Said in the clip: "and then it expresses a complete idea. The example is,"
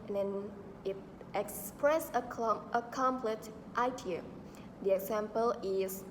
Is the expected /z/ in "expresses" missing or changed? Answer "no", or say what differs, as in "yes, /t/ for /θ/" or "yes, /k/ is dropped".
yes, /z/ is dropped